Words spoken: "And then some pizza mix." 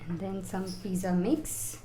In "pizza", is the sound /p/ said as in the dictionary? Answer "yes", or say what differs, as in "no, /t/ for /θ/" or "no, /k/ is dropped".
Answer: no, /f/ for /p/